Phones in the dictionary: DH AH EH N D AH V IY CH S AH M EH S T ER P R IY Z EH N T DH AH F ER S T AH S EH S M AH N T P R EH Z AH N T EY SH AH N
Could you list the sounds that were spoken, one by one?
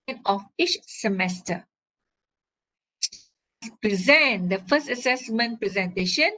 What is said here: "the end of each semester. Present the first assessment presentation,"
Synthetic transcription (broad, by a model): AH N AH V IY CH S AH M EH S T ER P R IY Z EH N T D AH F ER S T AH S EH S M AH N T P R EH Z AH N T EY SH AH N